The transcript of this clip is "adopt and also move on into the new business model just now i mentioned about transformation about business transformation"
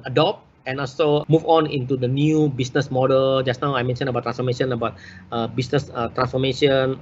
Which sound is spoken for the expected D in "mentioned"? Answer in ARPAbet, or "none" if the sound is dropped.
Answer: none